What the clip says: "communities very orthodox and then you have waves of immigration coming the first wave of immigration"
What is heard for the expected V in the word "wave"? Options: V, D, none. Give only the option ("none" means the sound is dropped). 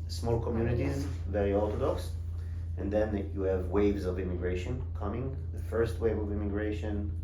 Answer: V